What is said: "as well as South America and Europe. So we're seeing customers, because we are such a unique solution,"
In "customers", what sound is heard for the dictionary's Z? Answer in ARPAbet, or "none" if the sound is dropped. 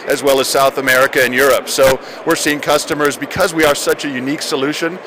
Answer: Z